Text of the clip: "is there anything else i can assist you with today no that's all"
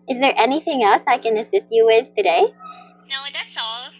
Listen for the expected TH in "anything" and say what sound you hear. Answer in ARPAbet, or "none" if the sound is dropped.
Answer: TH